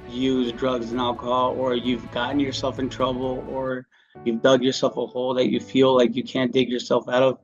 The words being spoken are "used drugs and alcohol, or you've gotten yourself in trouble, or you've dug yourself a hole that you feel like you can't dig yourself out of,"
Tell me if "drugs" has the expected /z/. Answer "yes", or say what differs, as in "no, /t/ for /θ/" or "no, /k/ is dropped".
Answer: yes